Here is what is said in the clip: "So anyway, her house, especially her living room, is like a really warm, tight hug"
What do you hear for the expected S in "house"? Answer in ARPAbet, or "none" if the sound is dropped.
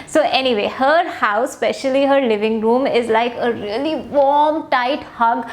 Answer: none